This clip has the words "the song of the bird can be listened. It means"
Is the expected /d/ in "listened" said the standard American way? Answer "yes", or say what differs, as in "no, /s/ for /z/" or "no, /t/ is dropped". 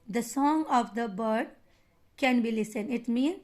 no, /d/ is dropped